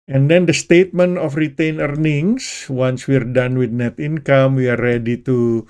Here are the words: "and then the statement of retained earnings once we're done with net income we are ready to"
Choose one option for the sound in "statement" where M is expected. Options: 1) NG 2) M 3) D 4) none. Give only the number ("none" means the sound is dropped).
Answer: 2